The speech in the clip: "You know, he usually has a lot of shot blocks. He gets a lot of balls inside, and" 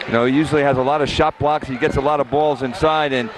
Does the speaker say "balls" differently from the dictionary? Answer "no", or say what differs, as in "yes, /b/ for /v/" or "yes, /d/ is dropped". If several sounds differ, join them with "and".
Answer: no